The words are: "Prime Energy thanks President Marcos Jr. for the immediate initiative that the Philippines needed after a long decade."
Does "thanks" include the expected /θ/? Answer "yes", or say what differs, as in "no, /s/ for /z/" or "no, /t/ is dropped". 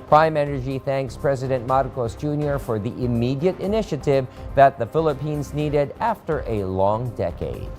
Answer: yes